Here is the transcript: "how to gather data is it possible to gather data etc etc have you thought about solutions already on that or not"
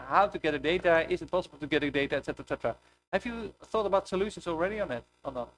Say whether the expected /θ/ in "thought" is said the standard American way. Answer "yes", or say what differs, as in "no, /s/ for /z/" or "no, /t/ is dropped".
yes